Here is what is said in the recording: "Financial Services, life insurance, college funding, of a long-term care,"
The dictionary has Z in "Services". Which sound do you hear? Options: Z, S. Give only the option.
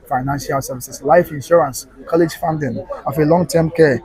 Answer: S